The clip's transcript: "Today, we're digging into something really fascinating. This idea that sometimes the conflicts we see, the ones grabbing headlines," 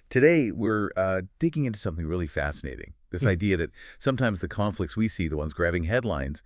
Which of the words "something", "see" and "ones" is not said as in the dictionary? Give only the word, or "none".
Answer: none